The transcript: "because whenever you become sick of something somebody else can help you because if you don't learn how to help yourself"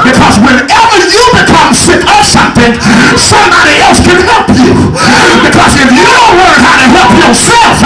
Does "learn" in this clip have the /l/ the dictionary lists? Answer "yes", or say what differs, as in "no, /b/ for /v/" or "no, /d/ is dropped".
no, /w/ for /l/